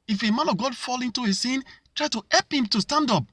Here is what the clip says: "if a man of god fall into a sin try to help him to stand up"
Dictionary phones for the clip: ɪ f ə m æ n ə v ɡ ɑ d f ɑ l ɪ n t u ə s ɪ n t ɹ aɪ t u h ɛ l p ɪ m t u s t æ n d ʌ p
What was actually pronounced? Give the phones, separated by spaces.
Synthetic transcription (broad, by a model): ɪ f ə m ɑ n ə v ɡ ɑ d f ɑ l ɪ n t u ə s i n t ɹ aɪ t u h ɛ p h ɪ m t u s t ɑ n d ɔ p